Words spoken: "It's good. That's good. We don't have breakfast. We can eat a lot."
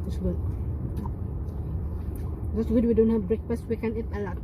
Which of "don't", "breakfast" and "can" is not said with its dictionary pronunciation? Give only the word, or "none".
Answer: breakfast